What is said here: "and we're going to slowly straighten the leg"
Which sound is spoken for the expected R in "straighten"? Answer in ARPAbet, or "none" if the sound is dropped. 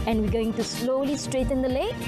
R